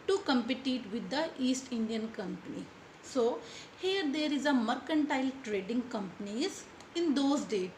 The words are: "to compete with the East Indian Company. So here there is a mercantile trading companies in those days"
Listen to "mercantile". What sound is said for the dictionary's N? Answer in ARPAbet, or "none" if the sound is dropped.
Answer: N